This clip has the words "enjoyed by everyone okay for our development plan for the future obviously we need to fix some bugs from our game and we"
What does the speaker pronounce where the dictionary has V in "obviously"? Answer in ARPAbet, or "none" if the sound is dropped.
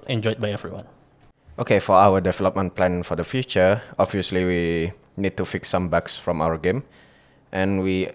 V